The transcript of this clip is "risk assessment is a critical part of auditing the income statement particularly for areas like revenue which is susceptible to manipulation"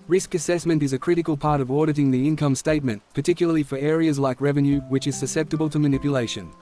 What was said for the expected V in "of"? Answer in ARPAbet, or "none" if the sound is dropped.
V